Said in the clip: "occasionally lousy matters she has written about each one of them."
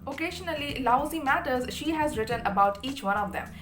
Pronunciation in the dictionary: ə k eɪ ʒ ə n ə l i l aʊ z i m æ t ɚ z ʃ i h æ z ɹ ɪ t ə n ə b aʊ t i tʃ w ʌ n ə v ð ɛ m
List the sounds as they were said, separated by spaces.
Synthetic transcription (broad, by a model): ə k eɪ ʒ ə n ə l i l aʊ z i m æ t ɚ z ʃ i h æ z ɹ ɪ t ə n ə b aʊ t i tʃ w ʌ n ə v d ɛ m